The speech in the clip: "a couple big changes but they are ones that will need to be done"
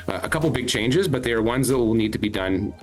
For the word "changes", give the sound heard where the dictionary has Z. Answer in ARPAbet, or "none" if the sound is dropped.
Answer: Z